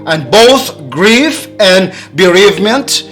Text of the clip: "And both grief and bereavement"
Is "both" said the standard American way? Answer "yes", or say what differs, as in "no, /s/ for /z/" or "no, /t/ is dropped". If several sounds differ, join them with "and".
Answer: yes